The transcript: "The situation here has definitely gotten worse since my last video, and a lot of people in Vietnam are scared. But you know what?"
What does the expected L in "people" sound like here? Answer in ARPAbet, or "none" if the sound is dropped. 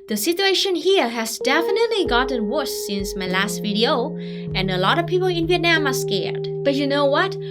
L